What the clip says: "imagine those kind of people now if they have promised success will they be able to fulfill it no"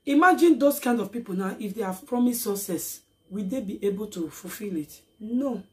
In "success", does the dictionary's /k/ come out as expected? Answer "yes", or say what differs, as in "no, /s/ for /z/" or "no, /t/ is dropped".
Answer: no, /k/ is dropped